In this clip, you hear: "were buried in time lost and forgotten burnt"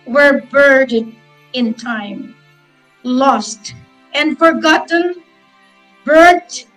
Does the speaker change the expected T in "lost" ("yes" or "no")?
no